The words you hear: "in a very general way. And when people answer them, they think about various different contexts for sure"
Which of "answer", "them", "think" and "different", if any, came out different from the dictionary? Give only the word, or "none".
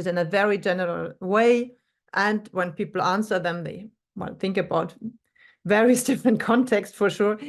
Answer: none